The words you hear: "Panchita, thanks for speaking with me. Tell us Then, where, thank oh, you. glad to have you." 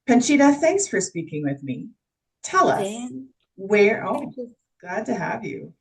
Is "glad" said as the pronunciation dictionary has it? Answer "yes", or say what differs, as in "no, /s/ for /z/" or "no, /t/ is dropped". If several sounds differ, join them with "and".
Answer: no, /l/ is dropped